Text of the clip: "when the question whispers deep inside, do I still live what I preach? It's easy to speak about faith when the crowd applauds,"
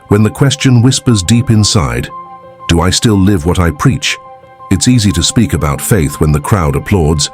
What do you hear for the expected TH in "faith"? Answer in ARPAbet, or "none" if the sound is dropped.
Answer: TH